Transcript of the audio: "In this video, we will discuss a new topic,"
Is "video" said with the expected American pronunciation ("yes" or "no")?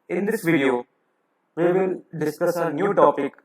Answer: yes